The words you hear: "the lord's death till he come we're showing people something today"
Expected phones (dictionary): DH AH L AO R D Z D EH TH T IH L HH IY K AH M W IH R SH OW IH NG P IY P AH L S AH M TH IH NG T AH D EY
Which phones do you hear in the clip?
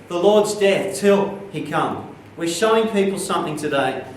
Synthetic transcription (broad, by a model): DH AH L AO R D Z D EH TH T IH L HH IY K AH M W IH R SH OW IH NG P IY P L S AH M TH IH NG T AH D EY